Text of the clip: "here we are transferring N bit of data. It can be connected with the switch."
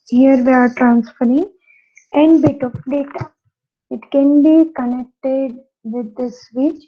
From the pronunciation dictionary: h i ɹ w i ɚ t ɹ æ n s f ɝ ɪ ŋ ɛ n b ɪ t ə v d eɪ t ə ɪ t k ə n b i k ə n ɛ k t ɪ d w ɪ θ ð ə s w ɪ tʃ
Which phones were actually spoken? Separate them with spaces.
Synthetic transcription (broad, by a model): h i ɹ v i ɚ t ɹ æ n s f ɝ ɪ ŋ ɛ n b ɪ t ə p d eɪ t ə ɪ t k ə n b i k ə n ɛ k t ɪ d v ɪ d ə s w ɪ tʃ